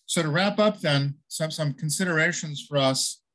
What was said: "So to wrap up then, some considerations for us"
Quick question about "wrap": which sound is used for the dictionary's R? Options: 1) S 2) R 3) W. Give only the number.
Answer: 2